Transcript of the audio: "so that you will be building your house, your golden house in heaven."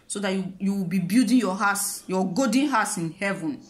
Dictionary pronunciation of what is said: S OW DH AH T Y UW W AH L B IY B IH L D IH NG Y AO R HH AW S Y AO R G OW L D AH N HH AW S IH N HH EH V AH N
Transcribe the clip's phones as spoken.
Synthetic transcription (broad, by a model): S OW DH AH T Y UW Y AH W B IY B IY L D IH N Y AO HH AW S Y AO G OW D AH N HH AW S IH N HH EH V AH N